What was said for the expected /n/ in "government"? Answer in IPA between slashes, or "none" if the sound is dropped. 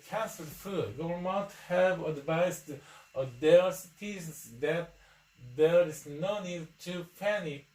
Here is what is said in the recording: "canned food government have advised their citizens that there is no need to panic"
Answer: none